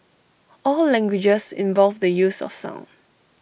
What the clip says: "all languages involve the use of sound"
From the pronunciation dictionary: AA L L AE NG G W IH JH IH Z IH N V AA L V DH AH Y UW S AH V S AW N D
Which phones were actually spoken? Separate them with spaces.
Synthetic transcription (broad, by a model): AA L L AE NG G W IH JH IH S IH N V AA L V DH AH Y UW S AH F S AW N